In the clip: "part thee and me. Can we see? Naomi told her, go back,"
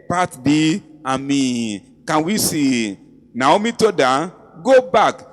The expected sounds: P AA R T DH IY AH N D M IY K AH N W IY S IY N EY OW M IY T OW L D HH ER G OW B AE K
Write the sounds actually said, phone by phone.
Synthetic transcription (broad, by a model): P AA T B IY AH M IY K AH N W IY S IY N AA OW M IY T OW D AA G OW B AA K